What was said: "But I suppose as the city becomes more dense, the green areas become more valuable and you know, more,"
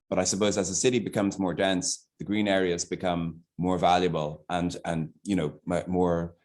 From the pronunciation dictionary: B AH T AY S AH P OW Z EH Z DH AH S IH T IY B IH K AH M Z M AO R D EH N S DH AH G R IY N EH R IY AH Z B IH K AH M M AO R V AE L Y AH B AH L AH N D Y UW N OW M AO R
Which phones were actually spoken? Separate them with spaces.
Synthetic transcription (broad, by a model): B AH T AY S AH P OW Z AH Z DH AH S IH T IY B IH K AH M Z M AO R D EH N S DH AH G R IY N EH R IY AH Z B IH K AH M M AO R V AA L Y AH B AH L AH N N Y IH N OW M AO R